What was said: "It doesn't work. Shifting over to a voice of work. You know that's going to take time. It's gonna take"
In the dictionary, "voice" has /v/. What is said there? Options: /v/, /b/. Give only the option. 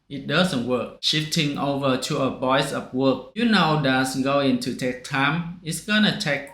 /b/